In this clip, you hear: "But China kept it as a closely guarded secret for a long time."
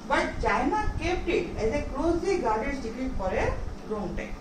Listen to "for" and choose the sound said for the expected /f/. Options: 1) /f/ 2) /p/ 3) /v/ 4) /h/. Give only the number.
2